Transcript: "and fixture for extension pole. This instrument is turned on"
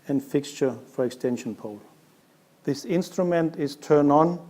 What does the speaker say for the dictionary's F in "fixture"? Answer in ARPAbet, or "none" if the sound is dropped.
F